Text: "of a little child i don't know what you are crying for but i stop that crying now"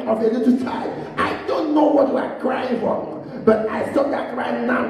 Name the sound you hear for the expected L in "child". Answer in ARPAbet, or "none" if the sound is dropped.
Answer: none